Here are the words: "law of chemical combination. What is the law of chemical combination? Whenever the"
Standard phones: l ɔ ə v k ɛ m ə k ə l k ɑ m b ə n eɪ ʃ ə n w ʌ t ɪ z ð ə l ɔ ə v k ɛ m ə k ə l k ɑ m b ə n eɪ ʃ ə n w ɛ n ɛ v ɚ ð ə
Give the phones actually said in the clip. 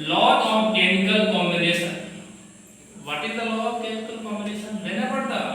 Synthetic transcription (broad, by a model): l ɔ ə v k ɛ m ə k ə l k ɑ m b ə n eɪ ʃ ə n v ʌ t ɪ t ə l ɔ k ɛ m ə k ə l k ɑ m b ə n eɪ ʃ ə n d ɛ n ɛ p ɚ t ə